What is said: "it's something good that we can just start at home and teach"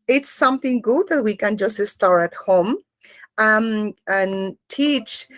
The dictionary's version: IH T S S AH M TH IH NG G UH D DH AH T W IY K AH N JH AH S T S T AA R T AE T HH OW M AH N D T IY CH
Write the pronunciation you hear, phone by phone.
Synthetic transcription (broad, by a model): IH T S S AH M TH IH NG G UH D DH AH T W IY K AH N JH AH S T S T AA R T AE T HH OW M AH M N T IY CH